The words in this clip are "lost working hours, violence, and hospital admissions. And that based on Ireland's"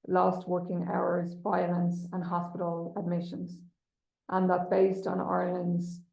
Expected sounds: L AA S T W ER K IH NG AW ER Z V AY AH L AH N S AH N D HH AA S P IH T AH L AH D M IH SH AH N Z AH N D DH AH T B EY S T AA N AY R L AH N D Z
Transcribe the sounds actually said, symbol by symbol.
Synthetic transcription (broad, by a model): L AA S T W ER K IH NG AW ER Z V AY AH L AH N S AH N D HH AA S P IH T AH L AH D M IH SH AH N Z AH N DH AH T B EY S T N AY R L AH N D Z